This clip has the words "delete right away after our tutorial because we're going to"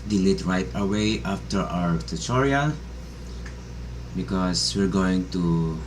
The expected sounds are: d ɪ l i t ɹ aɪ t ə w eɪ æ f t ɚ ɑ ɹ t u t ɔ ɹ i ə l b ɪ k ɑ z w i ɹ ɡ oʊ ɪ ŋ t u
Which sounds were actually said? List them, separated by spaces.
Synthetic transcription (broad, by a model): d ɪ l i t ɹ aɪ t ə w eɪ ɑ f t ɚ ɑ ɹ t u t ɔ ɹ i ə b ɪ k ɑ s w i ɹ ɡ oʊ ɪ ŋ t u